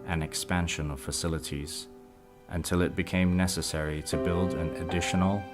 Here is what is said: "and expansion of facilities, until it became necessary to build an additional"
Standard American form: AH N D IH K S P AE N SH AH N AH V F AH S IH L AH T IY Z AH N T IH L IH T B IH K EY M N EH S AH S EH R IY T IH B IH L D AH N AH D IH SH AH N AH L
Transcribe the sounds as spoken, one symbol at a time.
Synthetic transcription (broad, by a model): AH N IH K S P AE N SH AH N AH V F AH S IH L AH T IY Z AH N T IH L IH T B IH K EY M N EH S AH S EH R IY T IH B IH L D AH N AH D IH SH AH N L